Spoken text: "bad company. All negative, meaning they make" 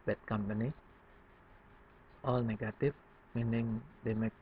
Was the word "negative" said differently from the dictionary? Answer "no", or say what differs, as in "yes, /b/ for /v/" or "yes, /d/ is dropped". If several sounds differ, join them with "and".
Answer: yes, /f/ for /v/